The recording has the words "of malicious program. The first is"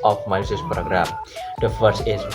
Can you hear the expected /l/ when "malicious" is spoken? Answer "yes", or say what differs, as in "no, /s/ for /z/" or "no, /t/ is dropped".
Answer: no, /l/ is dropped